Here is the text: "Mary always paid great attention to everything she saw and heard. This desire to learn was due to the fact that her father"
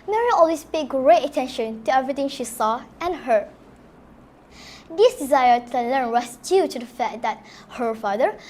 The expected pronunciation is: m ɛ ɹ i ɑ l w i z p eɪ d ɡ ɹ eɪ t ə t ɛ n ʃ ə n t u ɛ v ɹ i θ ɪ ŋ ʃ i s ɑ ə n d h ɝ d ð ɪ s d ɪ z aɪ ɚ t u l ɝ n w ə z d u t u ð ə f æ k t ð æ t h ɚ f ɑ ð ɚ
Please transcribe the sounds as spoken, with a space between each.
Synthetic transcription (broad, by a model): m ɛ ɹ i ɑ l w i s p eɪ ɡ ɹ eɪ t ə t ɛ n ʃ ə n t u ɛ v ɹ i t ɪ ŋ ʃ i s ɑ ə n h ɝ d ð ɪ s d ɪ z aɪ ɚ t u l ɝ n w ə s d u t u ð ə f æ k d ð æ t h ɚ f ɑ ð ɚ